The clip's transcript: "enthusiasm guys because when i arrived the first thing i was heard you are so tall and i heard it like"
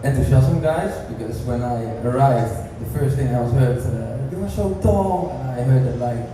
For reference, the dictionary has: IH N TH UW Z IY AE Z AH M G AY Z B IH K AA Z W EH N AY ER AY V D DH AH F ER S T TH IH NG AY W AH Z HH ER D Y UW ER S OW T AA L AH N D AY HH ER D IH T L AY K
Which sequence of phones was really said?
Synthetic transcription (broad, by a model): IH N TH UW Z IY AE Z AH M G AY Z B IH K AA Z W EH N AY ER AY V D DH AH F ER S T TH IH NG AY W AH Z HH ER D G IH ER SH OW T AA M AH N AY HH ER D IH T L AY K